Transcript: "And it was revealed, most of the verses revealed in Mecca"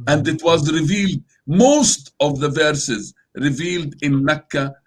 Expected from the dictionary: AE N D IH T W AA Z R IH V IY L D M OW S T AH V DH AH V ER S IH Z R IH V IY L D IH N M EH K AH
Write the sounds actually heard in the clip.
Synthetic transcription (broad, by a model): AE N D IH T W AA Z R IH V IY L D M OW S T AH V DH AH V ER S IH Z R IH V IY L D IH N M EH K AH